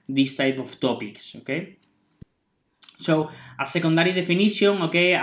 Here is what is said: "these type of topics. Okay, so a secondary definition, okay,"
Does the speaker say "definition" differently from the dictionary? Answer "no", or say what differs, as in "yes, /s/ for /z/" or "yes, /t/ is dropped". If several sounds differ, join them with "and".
yes, /s/ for /ʃ/